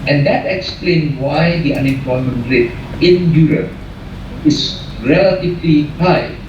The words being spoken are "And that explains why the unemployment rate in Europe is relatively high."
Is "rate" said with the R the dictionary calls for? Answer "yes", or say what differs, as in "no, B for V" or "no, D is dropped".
yes